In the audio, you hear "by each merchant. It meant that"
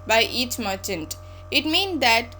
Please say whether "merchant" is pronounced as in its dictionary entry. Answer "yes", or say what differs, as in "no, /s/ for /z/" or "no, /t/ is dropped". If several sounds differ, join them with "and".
yes